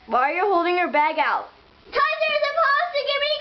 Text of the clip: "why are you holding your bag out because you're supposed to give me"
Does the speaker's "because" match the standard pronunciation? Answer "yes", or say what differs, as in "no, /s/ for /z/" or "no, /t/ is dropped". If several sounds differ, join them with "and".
no, /k/ is dropped